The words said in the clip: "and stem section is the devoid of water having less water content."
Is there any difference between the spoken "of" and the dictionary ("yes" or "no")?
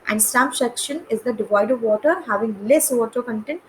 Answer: no